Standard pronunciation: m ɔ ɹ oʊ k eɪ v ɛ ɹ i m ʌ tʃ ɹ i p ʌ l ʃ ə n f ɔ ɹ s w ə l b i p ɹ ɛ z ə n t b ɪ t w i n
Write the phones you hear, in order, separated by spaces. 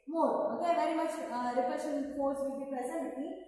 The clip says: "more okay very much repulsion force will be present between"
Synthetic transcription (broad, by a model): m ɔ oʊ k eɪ v ɛ ɹ i m ʌ tʃ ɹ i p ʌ ʃ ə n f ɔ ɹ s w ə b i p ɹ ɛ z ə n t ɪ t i